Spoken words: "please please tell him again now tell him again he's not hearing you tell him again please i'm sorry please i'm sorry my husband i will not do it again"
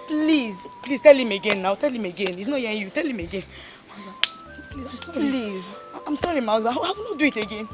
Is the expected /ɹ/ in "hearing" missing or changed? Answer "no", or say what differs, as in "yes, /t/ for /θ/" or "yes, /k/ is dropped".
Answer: yes, /ɹ/ is dropped